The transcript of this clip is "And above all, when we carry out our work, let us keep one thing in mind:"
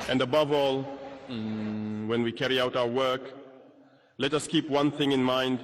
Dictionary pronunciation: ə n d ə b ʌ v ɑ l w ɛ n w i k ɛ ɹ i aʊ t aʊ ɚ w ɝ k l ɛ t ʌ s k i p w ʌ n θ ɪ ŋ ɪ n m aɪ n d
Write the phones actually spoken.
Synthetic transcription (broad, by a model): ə n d ə b ʌ v ɑ l w ɛ n w i k ɛ ɹ i aʊ t aʊ ɚ w ɝ k l ɛ t ʌ s k i p w ʌ n θ ɪ ŋ ɪ n m aɪ n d